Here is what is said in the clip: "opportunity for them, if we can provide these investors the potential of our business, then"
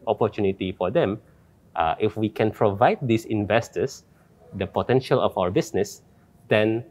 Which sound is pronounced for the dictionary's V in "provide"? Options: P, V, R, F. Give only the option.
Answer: V